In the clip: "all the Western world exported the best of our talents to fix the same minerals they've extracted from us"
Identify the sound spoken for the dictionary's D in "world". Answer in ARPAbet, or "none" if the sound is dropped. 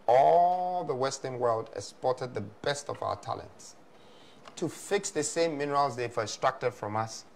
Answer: D